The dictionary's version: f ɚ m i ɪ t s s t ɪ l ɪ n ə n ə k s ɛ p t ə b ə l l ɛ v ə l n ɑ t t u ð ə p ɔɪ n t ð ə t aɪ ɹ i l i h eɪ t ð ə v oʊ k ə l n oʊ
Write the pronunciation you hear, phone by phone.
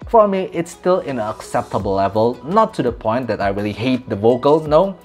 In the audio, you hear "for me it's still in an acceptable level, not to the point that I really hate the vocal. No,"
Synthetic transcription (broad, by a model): f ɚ m i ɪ t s s t ɪ l ɪ n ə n ə k s ɛ p t ə b ə l l ɛ v ə l n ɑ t t u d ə p ɔɪ n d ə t aɪ ɹ i l i h eɪ t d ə v oʊ k ə l n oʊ